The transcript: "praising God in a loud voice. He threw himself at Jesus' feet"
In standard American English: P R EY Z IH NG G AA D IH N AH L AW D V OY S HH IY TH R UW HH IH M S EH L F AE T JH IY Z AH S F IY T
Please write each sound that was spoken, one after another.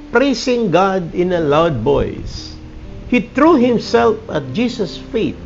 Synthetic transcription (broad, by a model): P R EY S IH NG G AA D IH N AH L AW D B OY S HH IY T R UW HH IH M S EH L F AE T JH IY S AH S F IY T